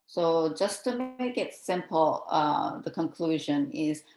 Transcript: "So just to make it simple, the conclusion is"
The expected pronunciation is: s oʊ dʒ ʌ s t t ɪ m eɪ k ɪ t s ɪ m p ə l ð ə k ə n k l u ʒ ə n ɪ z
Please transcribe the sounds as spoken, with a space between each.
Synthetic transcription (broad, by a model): s oʊ dʒ ʌ s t t ɪ m eɪ k ɪ t s ɪ m p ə ð ə k ə n k l u ʒ ə n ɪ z